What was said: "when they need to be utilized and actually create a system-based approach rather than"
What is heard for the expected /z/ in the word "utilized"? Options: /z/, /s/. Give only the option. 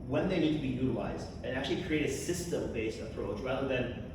/z/